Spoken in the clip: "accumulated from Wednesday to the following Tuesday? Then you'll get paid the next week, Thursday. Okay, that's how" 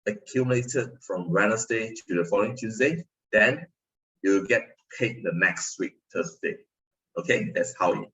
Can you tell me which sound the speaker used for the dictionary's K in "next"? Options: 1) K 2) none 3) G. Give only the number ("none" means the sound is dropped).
1